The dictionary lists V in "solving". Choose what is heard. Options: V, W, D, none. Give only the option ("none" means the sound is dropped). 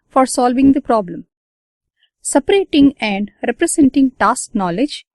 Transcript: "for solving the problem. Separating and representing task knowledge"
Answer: V